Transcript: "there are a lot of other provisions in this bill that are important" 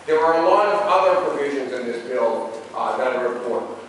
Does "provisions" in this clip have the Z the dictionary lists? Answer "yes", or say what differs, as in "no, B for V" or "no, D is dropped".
yes